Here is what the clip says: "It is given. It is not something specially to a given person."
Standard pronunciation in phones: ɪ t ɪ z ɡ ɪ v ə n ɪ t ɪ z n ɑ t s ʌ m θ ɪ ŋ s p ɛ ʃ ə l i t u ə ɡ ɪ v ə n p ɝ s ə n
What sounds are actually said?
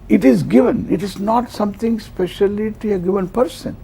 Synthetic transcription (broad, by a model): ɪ t ɪ z ɡ ɪ v ə n ɪ t ɪ z n ɑ t s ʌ m t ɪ ŋ s p ɛ ʃ ə l i t u ə ɡ ɪ v ə n p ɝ s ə n